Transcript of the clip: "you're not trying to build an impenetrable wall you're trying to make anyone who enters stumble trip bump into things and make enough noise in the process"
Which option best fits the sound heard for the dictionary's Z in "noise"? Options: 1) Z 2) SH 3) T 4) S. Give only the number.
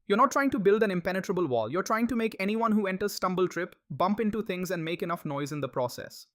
1